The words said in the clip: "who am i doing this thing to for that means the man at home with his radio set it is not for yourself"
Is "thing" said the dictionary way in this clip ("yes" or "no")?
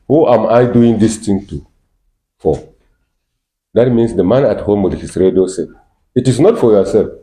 no